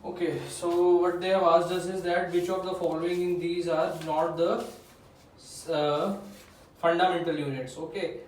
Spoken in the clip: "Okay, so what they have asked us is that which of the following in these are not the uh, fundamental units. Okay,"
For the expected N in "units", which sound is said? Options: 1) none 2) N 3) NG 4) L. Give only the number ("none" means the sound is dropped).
2